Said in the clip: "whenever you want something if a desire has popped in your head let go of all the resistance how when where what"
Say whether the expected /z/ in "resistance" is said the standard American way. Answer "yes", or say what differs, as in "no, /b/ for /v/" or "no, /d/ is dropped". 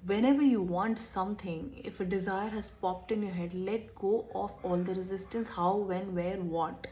yes